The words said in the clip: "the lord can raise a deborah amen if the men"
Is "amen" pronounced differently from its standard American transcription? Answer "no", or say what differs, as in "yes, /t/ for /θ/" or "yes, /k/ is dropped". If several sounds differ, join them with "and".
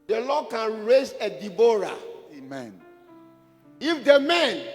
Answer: no